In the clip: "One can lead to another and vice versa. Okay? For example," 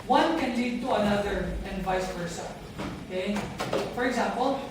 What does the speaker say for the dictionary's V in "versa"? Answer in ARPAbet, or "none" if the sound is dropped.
P